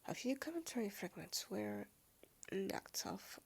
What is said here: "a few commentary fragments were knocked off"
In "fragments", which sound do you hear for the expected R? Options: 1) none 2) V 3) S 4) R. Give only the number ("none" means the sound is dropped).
4